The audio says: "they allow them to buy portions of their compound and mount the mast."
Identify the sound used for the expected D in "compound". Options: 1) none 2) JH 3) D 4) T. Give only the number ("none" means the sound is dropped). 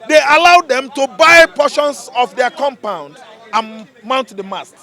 3